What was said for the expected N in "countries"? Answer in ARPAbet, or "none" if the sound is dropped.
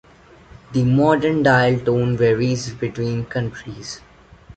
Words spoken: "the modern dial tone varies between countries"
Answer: N